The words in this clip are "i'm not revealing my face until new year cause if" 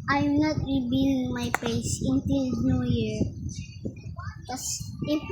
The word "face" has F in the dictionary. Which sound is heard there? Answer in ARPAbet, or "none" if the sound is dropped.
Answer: P